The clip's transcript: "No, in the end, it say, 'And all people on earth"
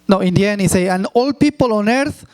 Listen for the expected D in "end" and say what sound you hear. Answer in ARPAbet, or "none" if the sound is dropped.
none